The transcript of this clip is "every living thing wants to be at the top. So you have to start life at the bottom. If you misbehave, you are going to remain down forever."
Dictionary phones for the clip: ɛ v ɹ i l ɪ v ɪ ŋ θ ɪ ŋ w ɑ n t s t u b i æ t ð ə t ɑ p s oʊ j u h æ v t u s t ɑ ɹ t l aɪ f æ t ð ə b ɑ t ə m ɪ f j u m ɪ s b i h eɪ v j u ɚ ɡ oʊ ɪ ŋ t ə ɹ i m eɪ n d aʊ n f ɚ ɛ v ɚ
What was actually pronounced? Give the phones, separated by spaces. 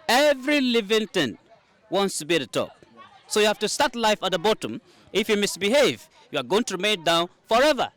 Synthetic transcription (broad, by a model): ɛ v ɹ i l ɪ v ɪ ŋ t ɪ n w ɑ n t s t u b i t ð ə t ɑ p s oʊ j u h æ f t u s t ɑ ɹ t l aɪ f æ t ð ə b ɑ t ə m ɪ f j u m ɪ s b i h eɪ v j u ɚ ɡ oʊ ɪ ŋ t ə ɹ i m eɪ n d aʊ n f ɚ ɛ v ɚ